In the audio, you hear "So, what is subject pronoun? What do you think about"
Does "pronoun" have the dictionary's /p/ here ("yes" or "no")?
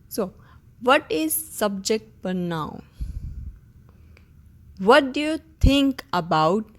no